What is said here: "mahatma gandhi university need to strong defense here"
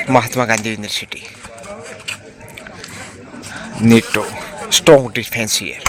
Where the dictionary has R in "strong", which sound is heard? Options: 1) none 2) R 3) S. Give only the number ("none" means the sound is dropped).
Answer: 1